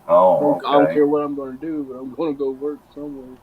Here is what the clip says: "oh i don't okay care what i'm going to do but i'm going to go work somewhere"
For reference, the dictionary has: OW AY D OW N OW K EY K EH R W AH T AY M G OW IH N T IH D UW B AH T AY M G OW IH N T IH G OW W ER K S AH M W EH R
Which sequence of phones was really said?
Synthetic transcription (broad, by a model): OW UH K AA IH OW UH K EH R W AH T AY M G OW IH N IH D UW B AH T AY M G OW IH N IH G OW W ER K S AH M W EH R